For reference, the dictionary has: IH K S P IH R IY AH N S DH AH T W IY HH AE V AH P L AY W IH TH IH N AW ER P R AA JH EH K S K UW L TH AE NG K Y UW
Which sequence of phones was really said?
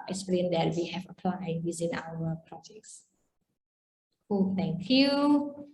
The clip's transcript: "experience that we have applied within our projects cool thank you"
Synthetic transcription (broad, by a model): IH K S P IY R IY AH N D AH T W IY HH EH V AH P L AY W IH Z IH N AW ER P R AA JH EH K S K UW L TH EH NG K Y UW